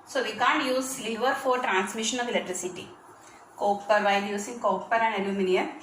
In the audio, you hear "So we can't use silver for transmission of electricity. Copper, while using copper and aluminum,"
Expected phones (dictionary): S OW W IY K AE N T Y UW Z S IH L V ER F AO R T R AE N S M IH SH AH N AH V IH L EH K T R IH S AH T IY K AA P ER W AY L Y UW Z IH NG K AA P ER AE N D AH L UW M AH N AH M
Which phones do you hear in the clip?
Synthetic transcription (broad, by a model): S OW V IY K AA N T Y UW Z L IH V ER F AO R T R AE N S M IH SH AH N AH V IH L EH K T R IH S AH T IY K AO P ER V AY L Y UW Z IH NG K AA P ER AE N D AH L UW M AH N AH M